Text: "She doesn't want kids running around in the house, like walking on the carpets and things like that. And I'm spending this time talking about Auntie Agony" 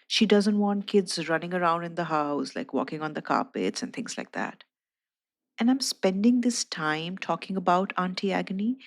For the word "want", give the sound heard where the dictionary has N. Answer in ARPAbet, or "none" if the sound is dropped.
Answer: N